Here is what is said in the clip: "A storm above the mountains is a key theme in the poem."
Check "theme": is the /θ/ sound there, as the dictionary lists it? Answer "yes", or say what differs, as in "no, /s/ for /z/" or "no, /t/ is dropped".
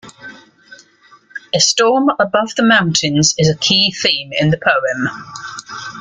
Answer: yes